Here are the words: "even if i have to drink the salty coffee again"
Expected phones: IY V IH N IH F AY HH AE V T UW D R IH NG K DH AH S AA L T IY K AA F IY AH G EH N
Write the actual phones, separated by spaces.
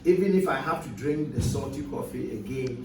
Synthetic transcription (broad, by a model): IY V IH N IH F AY HH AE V T UW D R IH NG K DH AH S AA T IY K AA F IY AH G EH N